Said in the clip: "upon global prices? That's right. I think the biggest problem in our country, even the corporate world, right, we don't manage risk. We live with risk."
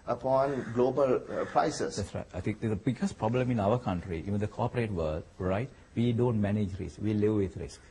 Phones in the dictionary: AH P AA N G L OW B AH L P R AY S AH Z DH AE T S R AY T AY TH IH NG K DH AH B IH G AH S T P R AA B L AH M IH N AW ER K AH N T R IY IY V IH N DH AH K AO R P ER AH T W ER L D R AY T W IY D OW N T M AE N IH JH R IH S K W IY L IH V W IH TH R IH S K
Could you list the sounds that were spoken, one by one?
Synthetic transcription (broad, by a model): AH P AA N G L OW B AH L P R AY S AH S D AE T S R AY T AY T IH NG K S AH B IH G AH S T P R AA B L AH M IH N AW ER K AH N T R IY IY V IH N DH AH K AO P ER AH T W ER L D R AY T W IY D OW N T M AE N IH JH R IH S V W IY L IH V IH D R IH S K